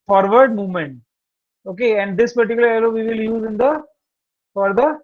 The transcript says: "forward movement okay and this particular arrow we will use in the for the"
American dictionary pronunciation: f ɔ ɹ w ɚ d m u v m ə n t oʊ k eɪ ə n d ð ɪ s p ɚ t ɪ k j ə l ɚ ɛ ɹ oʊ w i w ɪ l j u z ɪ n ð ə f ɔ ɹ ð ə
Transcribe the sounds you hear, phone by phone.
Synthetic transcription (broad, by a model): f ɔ ɹ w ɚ d m u v m ə n t oʊ k eɪ ə n d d ɪ s p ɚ t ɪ k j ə l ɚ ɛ l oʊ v i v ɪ l j u z ɪ n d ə f ɔ ɹ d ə